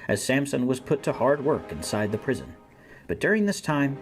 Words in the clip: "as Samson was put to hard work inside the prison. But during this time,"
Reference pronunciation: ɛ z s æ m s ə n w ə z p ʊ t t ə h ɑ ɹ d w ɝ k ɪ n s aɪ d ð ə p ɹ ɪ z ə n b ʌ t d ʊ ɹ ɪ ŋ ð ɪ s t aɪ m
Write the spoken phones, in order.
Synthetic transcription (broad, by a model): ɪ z s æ m s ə n w ə z p ʊ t t ə h ɑ ɹ d w ɝ k ɪ n s aɪ d ð ə p ɹ ɪ z ə n b ʌ t d ʊ ɹ ɪ ŋ ð ɪ s t aɪ m